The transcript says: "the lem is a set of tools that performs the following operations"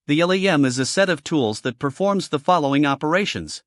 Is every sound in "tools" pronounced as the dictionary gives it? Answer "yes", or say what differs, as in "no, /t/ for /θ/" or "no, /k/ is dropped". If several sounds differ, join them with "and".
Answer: yes